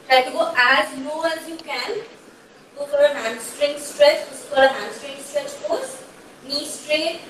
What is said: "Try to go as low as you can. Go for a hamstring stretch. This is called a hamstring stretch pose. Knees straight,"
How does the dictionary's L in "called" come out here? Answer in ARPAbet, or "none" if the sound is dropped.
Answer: none